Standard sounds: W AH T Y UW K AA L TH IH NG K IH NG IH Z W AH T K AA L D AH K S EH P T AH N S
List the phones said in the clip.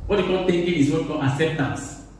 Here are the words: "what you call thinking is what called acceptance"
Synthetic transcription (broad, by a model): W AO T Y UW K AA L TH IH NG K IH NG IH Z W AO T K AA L AH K S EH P T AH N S